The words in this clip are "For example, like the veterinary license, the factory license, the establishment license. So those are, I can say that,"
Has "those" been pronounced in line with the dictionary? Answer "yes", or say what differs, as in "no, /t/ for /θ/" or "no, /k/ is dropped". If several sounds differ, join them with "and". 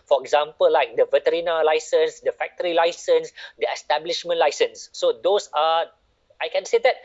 no, /s/ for /z/